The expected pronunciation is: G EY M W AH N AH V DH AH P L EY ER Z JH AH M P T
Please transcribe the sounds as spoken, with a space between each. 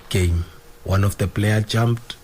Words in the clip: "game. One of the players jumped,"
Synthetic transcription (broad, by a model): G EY M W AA N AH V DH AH P L EY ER JH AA M P T